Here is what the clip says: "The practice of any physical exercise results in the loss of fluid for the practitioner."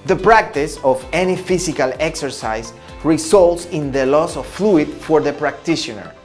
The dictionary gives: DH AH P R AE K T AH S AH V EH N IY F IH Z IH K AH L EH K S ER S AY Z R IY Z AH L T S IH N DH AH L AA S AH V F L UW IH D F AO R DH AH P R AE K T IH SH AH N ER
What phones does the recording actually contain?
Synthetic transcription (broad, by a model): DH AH P R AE K T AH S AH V EH N IY F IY S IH K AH L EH K S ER S AY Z R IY S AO L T S IH N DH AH L AA S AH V F L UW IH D F AO R DH AH P R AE K T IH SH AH N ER